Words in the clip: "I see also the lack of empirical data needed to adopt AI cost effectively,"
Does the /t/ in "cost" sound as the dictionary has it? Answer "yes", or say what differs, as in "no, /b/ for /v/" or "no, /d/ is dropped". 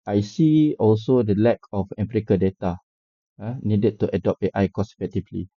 no, /t/ is dropped